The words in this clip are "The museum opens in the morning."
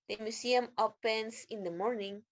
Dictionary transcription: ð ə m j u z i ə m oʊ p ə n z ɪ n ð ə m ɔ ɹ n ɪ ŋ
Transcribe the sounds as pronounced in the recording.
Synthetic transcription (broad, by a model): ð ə m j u s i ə m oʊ p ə n s ɪ n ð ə m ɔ ɹ n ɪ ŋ